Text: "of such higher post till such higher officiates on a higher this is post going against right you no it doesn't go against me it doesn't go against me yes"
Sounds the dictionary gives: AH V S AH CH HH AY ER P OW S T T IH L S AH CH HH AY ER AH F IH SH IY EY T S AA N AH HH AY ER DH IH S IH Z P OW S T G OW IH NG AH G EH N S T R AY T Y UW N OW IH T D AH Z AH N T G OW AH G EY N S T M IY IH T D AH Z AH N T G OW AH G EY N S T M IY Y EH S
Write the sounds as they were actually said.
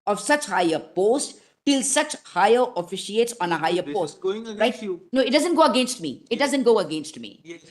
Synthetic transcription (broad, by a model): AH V S AH CH HH AY ER P OW S T T IH L S AH CH HH AY ER AH F IH SH IY EY T S AA N AH HH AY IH IH P OW S T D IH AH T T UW N OW IH T D AH Z AH N T G OW AH G EY N S T M IY IH T D AH Z AH N T G OW AH G EY N S T M IY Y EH